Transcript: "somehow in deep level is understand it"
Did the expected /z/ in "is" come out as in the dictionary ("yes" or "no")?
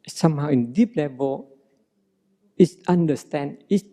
no